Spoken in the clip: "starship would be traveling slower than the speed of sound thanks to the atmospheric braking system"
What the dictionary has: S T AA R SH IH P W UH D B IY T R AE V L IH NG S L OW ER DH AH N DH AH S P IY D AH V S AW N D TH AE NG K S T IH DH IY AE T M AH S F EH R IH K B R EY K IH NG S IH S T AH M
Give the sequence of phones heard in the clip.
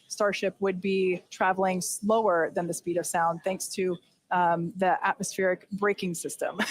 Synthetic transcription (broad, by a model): S T AA R SH IH P W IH D B IY T R AE V L IH NG S L OW ER DH AH N DH AH S P IY D AH V S AW N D TH AE NG K S T IH DH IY AE T M AH S F EH R IH K B R EY K IH NG S IH S T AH M